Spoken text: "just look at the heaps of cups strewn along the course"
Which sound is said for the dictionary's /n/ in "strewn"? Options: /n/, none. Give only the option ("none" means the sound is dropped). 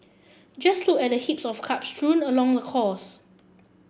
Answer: /n/